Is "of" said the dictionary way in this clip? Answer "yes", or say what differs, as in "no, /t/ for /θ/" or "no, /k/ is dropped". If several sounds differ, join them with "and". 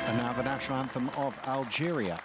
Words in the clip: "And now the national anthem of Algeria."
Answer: yes